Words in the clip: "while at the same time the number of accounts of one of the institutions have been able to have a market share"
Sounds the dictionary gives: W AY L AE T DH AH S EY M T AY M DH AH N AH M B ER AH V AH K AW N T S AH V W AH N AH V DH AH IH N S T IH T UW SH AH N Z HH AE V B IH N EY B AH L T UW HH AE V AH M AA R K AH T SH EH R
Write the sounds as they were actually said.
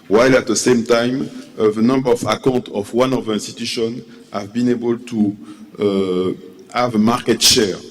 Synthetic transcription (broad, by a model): W AY L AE T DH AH S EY M T AY M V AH N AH M B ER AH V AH K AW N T AH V W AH N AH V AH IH N S T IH T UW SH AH N HH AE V B IH N EY B AH L T UW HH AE V AH M AA R K AH T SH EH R